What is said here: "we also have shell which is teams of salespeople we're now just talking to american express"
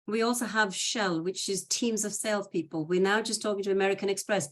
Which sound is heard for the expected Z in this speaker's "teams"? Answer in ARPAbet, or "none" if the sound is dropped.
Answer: Z